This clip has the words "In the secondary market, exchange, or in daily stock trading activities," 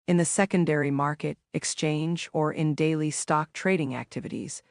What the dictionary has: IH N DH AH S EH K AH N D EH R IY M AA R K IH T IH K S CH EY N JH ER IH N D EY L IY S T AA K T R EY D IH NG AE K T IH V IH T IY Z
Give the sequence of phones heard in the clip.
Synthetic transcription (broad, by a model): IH N DH AH S EH K AH N D EH R IY M AA R K IH T IH K S CH EY N JH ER IH N D EY L IY S T AA K T R EY D IH NG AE K T IH V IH T IY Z